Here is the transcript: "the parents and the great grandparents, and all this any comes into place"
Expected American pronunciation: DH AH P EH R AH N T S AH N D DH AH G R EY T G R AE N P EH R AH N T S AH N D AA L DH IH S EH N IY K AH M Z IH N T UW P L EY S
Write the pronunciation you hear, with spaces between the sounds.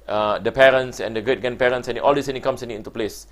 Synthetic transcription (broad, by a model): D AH P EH R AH N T S AH N D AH G EY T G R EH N P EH R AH N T S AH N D AA L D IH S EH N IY K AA M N IH N T UW P L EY S